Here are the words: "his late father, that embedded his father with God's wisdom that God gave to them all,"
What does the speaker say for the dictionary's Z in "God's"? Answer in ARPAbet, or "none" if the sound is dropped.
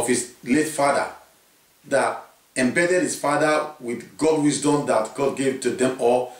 none